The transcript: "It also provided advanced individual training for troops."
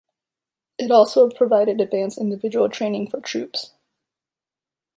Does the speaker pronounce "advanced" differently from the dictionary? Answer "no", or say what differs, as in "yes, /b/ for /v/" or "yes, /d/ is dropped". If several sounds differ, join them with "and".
yes, /t/ is dropped